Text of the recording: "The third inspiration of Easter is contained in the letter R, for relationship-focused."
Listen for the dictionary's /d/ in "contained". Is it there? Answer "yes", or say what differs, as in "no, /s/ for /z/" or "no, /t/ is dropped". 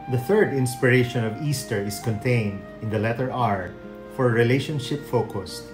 yes